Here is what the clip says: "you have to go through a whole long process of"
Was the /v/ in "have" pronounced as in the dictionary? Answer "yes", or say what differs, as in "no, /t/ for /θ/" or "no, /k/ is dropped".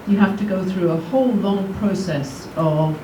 no, /f/ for /v/